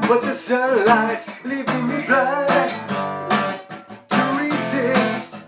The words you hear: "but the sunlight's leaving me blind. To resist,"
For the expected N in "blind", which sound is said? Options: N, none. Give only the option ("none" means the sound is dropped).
none